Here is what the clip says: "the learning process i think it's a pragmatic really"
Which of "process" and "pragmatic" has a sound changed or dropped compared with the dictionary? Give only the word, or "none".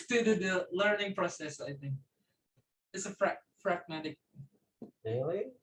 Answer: pragmatic